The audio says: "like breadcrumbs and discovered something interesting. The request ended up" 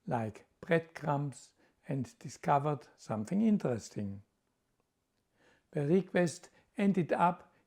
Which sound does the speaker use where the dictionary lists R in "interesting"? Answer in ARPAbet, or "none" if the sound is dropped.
R